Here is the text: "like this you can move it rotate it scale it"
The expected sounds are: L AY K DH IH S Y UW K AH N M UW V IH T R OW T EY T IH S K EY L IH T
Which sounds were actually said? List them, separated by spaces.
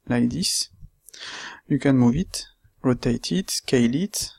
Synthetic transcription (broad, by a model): L AY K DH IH S Y UW K AH N M UW V IH T R OW T EY T IH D K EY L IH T